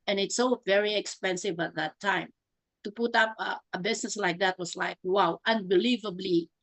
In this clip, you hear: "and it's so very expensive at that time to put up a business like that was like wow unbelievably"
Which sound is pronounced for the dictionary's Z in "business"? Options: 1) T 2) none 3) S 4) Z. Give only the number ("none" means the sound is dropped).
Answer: 3